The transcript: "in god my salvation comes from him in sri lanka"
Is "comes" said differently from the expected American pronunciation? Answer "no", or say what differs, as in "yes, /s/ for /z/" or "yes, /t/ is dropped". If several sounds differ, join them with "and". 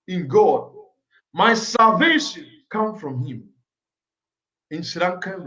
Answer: yes, /z/ is dropped